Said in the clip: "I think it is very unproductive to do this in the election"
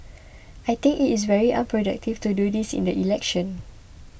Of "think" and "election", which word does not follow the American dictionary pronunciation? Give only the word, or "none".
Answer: think